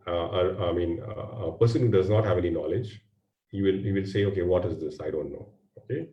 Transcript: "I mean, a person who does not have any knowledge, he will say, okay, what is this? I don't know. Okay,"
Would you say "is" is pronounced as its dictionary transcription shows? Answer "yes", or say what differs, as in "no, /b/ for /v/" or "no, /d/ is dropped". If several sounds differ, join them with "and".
yes